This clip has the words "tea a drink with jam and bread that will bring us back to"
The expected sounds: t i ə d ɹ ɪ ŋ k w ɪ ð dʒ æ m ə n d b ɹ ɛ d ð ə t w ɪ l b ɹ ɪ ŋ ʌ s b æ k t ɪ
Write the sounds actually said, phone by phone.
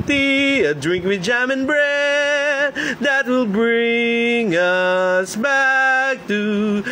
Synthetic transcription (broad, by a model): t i ə d ɹ ɪ ŋ k w ɪ ð dʒ æ m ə n b ɹ ɛ d ð ə t w ɪ l b ɹ ɪ ŋ ʌ s b æ k t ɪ